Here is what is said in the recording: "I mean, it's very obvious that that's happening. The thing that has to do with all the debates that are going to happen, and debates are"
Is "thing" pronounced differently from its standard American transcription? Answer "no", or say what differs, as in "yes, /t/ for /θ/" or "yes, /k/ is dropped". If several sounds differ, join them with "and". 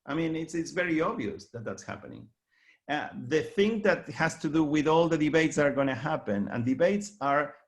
no